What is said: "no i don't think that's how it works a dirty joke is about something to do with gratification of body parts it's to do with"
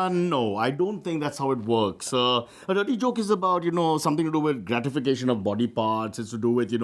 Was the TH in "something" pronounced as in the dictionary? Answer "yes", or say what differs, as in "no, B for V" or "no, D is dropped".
no, T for TH